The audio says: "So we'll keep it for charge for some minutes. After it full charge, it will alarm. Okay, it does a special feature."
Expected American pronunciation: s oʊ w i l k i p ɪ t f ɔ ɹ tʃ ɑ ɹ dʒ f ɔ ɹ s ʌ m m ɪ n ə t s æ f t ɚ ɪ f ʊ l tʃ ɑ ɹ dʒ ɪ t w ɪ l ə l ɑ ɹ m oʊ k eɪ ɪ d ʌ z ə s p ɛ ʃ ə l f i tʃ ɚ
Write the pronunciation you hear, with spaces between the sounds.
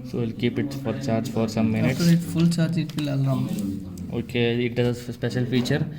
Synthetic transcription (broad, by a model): s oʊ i l k i p ɪ t f ɔ ɹ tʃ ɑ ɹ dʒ f ɔ ɹ s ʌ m m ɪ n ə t ɪ t f ʊ l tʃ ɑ ɹ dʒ ɪ t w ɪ l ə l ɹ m oʊ k eɪ ɪ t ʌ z ə s p ɛ ʃ ə l f i tʃ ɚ